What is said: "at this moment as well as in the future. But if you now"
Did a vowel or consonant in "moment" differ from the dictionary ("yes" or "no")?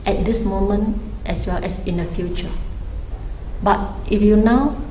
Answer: no